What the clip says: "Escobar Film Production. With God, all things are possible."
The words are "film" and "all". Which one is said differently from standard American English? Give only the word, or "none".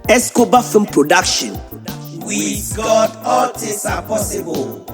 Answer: film